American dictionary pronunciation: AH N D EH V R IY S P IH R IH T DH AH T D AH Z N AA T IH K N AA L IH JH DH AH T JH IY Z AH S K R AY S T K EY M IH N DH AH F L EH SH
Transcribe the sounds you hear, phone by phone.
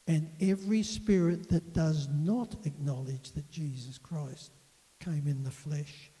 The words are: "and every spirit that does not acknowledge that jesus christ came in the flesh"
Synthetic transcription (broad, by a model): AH N EH V R IY S P IH R IH T DH AH T D AH Z N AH T IH K N AA L IH JH DH AH T JH IY Z AH S K R AY S T K EY M IH N DH AH F L EH SH